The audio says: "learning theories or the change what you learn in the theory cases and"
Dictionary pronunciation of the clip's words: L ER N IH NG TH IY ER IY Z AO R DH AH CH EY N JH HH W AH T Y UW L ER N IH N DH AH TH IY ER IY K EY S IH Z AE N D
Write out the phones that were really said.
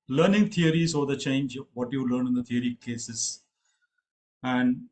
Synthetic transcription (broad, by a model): L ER N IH NG T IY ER IY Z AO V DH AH CH EY N JH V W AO T Y UW L ER N IH N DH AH T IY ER IY K EY S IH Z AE N D